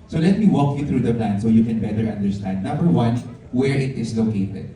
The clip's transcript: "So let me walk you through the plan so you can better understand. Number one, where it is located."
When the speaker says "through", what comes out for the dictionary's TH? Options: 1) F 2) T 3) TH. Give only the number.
2